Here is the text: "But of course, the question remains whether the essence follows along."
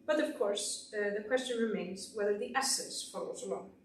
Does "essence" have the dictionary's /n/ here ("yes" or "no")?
no